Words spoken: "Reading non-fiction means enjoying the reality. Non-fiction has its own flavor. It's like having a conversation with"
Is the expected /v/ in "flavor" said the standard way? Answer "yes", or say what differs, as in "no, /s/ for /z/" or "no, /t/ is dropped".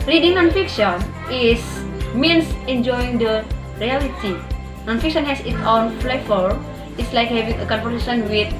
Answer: no, /f/ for /v/